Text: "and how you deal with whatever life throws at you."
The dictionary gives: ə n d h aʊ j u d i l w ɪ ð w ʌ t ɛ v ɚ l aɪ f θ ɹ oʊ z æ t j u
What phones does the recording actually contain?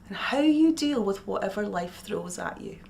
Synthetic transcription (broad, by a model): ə n h aʊ j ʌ d i l w ɪ ð w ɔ t ɛ v ɚ l aɪ f θ ɹ oʊ z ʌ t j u